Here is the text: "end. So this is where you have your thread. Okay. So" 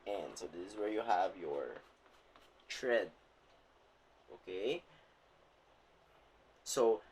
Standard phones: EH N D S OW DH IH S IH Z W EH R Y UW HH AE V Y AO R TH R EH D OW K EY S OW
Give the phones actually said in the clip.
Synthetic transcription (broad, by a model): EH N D S OW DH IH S IH Z W EH R Y UW HH AE V Y AO R T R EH D OW K EY S OW